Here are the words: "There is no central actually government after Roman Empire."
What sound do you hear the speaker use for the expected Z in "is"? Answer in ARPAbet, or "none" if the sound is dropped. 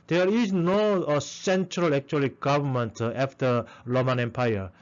S